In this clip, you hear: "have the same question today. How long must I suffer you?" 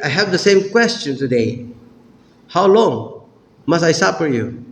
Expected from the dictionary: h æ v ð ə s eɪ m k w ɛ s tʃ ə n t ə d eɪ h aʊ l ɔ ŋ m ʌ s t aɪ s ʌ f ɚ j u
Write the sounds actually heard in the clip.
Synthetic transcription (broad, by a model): h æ v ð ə s eɪ m k w ɛ s tʃ ə n t ə d eɪ h aʊ l ɔ ŋ m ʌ s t aɪ s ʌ p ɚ j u